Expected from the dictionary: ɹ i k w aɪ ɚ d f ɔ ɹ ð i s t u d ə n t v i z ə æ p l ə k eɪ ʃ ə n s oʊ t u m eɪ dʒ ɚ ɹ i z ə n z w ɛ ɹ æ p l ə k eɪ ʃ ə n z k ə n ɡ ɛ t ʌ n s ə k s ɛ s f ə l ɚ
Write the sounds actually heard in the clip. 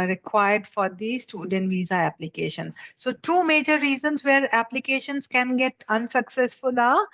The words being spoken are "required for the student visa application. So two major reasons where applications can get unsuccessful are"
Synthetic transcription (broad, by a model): ɹ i k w aɪ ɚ d f ɔ ɹ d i s t u d ə n t v i z ə æ p l ə k eɪ ʃ ə n s oʊ t u m eɪ dʒ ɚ ɹ i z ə n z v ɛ ɹ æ p l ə k eɪ ʃ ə n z k ə n ɡ ɛ t ʌ n s ə k s ɛ s f ə l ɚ